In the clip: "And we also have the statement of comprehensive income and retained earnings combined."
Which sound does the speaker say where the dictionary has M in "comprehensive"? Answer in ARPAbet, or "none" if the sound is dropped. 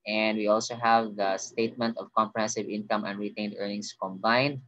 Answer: M